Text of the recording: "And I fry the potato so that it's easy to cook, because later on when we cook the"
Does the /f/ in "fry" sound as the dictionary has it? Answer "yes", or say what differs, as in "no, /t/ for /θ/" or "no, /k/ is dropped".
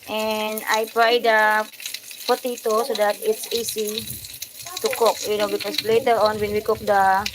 no, /p/ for /f/